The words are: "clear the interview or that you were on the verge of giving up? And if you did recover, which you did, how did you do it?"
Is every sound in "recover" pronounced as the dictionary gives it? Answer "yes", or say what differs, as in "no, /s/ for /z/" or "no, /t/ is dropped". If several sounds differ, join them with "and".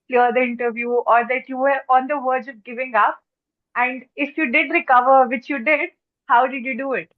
yes